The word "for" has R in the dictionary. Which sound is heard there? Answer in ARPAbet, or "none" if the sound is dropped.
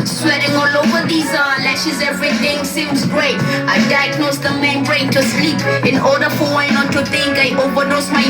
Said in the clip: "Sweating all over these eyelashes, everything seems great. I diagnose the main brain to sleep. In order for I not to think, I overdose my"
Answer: W